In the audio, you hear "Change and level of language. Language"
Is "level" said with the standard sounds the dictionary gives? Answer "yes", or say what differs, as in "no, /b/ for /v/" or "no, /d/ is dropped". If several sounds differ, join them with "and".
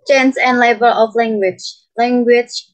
no, /b/ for /v/